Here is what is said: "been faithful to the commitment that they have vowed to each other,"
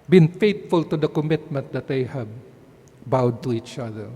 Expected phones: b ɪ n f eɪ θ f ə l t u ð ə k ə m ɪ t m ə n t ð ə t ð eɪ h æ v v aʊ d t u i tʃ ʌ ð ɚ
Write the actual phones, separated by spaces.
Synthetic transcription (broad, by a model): b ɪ n f eɪ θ f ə l t u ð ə k ə m ɪ t m ə n t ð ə t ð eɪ h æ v b aʊ d t u i tʃ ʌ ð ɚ